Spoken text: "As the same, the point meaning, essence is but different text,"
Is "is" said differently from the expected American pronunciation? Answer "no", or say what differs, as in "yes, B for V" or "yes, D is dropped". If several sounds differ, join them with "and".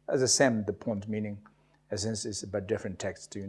yes, S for Z